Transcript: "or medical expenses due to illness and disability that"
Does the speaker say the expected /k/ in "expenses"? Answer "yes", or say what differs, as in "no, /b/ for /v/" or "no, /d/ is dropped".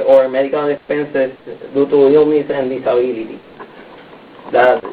no, /k/ is dropped